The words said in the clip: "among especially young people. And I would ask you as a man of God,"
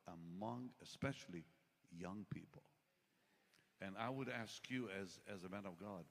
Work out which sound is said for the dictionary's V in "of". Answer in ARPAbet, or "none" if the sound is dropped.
V